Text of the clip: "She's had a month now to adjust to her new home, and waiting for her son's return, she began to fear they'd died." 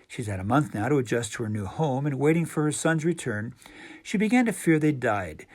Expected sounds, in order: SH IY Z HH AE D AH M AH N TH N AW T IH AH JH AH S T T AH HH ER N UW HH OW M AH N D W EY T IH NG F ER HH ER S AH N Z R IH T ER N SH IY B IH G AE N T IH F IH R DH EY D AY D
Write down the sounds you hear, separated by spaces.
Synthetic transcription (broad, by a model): SH IY Z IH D AH M AH N TH N AW T IH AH JH AH S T T AH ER N UW HH OW M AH N W EY T IH NG F ER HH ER S AH N Z R IH T ER N SH IY B IH G AE N T IH F IH R DH EY D AY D